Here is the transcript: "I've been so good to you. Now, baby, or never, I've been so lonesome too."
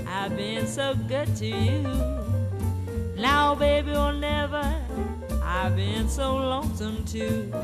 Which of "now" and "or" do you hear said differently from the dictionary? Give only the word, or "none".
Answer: or